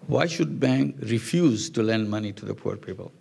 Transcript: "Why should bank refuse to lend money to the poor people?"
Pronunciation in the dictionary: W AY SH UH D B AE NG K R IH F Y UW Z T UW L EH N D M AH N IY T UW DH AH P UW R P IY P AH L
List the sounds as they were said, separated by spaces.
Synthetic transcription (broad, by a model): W AY SH UH D B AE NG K R IH F Y UW Z T UW L EH N D M AH N IY T UW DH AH P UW R P IY P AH L